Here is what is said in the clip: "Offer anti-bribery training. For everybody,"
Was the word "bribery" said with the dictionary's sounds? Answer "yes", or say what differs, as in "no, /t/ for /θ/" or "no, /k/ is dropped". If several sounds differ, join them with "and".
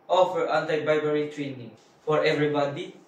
no, /ɹ/ is dropped